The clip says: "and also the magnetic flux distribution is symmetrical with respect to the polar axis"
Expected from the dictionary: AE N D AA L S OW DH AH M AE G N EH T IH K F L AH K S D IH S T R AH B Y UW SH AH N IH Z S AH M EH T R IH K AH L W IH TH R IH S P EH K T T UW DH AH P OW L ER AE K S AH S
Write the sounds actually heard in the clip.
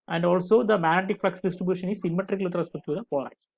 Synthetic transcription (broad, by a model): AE N D AA L S OW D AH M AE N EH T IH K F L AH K S D IH S T R AH B Y UW SH AH N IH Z S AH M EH T R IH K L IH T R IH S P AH T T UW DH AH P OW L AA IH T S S